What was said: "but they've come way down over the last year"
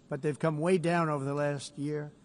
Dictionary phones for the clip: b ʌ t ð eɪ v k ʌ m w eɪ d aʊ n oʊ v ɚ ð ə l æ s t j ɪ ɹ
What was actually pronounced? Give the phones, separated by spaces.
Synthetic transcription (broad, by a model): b ʌ t ð eɪ v k ʌ m w eɪ d aʊ n oʊ v ɚ ð ə l æ s t j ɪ ɹ